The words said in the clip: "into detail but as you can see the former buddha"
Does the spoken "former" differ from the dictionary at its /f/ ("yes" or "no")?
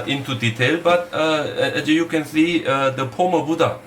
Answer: yes